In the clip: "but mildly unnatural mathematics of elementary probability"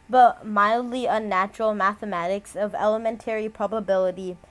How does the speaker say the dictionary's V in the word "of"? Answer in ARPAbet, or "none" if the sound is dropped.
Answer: V